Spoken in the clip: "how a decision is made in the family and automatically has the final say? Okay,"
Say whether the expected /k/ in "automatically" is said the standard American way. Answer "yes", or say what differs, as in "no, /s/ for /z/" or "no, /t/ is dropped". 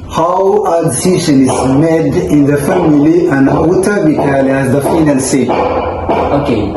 no, /k/ is dropped